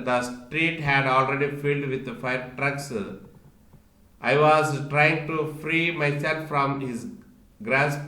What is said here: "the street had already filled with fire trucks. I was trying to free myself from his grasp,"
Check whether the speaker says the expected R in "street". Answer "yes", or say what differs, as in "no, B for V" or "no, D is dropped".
yes